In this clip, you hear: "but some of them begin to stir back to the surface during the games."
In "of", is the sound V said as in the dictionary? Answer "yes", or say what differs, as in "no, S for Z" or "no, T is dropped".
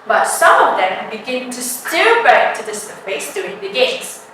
yes